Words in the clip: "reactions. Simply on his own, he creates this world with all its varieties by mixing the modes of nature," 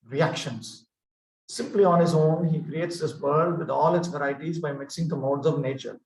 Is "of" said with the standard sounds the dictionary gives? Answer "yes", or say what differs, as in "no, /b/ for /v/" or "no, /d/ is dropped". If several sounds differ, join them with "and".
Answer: yes